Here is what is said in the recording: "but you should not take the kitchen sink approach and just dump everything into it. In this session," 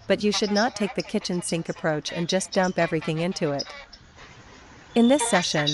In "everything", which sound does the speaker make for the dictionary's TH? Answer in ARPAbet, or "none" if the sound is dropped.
TH